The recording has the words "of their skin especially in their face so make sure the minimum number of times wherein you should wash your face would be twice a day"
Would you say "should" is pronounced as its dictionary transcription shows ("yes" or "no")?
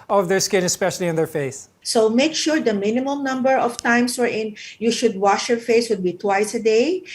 yes